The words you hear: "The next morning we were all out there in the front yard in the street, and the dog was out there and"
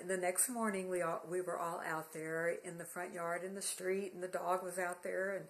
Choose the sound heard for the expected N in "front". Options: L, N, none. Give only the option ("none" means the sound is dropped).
N